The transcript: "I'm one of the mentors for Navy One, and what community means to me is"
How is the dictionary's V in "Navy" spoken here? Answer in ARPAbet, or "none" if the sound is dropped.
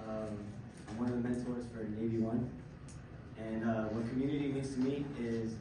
V